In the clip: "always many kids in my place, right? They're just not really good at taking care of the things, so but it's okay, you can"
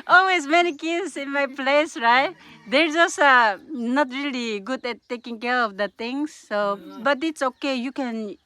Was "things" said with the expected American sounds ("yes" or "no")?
no